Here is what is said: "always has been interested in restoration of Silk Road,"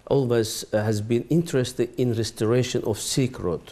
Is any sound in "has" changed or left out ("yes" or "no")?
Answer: no